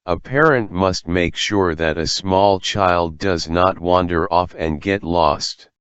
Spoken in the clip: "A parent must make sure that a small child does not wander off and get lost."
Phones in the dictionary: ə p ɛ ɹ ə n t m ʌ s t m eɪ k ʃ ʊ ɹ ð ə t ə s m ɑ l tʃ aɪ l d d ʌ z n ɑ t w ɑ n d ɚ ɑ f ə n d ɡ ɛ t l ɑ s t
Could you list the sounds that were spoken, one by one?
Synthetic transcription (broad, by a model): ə p ɛ ɹ ə n t m ʌ s t m eɪ k ʃ ʊ ɹ ð ə t ə s m ɑ l tʃ aɪ l d d ʌ z n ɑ t w ɑ n d ɚ ɑ f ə n ɡ ɛ t l ɑ s t